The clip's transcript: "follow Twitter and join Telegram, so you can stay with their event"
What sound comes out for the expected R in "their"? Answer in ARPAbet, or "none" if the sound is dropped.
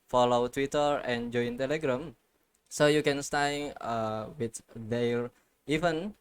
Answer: L